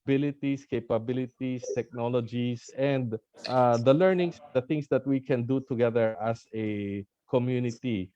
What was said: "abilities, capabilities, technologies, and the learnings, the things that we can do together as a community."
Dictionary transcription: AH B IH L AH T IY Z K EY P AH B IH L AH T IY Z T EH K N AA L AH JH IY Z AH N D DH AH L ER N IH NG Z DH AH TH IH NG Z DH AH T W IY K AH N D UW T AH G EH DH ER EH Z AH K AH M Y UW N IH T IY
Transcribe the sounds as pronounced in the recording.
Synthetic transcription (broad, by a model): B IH L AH T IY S K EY P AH B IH L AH T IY S T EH K N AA L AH JH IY S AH N D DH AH L ER N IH NG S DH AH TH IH NG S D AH T W IY K AH N D UW T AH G EH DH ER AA S AH K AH M Y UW N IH T IY